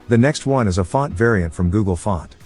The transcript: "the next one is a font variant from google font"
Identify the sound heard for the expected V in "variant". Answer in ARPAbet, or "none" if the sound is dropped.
V